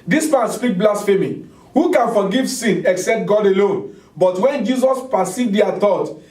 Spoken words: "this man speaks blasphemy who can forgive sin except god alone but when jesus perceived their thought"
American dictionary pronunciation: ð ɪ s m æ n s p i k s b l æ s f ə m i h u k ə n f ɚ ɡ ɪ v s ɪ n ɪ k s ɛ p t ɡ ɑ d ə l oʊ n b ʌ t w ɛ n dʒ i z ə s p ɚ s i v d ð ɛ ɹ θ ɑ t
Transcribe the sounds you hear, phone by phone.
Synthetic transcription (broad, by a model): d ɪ s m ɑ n s p i k b l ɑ s f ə m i h u k ə n f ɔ ɡ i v s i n ɪ k s ɛ p t ɡ ɑ d ə l oʊ n b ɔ t w ɛ n dʒ i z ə s p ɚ s i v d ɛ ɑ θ ɑ t